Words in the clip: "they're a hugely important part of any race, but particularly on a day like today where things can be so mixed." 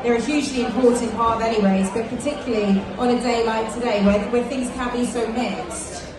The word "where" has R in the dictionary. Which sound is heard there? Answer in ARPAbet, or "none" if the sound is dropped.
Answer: W